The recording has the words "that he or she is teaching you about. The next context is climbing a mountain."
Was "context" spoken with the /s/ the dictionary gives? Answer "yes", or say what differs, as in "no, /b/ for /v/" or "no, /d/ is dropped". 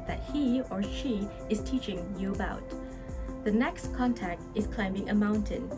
no, /s/ is dropped